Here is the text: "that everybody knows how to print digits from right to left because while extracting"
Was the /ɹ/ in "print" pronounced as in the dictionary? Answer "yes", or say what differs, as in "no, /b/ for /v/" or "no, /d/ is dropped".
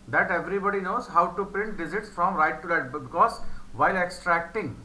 yes